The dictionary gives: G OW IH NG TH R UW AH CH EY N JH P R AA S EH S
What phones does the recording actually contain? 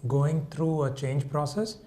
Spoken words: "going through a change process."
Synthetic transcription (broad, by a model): G OW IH NG T R UW AH CH EY N JH P R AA S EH S